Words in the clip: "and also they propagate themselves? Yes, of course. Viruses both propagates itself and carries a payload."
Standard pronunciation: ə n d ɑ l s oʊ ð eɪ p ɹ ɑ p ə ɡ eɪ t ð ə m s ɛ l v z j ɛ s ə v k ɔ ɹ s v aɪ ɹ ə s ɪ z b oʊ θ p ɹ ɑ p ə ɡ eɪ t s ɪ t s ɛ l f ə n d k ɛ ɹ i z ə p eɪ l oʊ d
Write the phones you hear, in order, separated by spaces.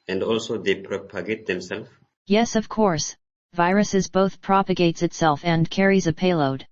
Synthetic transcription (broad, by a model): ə n d ɑ l s oʊ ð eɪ p ɹ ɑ p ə ɡ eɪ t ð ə m s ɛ l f j ɛ s ə v k ɔ ɹ s v aɪ ɹ ə s ɪ z b oʊ θ p ɹ ɑ p ə ɡ eɪ t s ɪ t s ɛ l f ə n k ɛ ɹ i z ə p eɪ l oʊ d